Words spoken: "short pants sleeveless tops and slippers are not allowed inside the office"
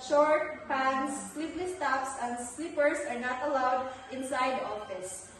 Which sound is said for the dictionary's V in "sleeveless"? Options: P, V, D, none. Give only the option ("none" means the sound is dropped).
P